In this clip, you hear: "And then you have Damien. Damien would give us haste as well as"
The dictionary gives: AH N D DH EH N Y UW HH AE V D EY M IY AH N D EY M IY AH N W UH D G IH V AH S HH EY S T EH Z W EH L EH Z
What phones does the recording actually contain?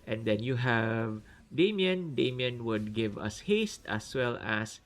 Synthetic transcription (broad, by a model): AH N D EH N Y UW HH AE V D EY M IY AH N D EY M IY AH N W UH D G IH V AH S HH EY S T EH S W EH L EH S